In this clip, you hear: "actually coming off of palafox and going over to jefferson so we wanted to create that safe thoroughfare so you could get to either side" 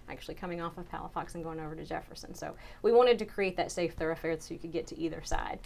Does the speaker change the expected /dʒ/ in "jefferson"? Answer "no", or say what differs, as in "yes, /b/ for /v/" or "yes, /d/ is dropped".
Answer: no